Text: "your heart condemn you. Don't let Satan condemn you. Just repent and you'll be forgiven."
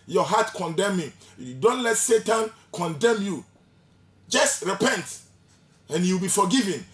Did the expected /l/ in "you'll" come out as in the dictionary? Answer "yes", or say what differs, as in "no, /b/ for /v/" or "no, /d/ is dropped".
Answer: no, /w/ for /l/